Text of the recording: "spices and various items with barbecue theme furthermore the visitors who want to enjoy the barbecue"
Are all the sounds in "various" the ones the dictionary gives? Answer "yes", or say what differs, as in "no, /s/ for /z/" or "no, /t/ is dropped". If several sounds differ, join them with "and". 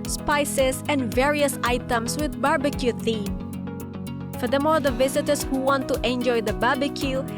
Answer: yes